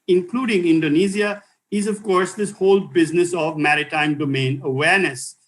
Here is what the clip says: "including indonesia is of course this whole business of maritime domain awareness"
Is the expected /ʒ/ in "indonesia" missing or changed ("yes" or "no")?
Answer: yes